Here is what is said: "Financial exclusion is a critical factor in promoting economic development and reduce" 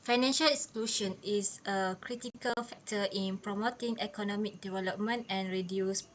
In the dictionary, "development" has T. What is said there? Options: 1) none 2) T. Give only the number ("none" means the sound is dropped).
2